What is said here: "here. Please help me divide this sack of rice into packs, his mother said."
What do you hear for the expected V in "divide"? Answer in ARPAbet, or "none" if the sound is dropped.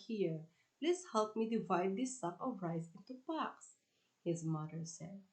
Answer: V